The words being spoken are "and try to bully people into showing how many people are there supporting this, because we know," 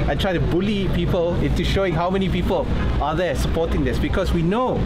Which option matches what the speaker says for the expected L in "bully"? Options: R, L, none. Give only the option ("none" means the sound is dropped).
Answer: L